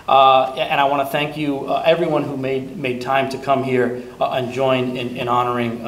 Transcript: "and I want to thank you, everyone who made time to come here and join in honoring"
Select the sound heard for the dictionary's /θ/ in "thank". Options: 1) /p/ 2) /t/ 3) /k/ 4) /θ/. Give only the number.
4